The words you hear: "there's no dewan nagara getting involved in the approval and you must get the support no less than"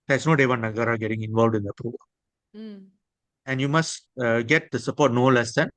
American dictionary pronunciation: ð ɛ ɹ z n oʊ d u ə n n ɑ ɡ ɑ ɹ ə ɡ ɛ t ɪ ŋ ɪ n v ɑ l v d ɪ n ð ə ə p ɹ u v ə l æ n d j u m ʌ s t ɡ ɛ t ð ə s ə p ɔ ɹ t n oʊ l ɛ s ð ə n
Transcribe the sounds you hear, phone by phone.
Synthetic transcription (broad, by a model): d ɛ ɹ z n oʊ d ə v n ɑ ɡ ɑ ɹ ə ɡ ɛ t ɪ ŋ ɪ n v ɑ l v d ɪ n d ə ə p ɹ u v ə l æ n d j u m ʌ s t ɡ ɛ t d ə s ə p ɔ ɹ t n oʊ l ɛ s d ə n